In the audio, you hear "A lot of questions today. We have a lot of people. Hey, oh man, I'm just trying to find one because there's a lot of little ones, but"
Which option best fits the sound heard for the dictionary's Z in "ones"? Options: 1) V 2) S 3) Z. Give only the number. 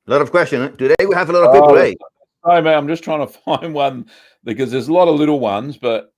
3